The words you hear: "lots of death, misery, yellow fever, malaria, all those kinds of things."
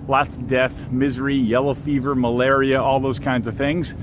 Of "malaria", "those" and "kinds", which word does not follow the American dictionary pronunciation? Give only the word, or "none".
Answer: none